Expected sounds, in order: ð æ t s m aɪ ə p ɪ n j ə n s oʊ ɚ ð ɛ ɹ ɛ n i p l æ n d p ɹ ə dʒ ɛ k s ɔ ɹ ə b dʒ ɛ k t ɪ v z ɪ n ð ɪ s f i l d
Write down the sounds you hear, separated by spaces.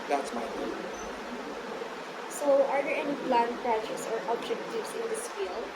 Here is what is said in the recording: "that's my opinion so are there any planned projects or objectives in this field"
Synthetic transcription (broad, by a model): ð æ t s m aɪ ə ɪ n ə s oʊ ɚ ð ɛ ɹ ɛ n i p l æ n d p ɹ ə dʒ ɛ s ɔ ɹ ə b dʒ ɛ k t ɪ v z ɪ n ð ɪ s f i l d